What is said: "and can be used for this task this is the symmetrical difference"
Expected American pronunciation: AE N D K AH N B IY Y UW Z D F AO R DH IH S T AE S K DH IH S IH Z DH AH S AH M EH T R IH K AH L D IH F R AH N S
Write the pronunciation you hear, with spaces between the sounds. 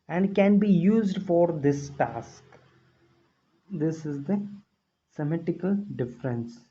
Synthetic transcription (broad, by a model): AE N D K AH N B IY Y UW Z D F AO R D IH S T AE S K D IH S IH Z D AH S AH M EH T IH K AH L D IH F R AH N S